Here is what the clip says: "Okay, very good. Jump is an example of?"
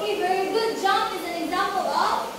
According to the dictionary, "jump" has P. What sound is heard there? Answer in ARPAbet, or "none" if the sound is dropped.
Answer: none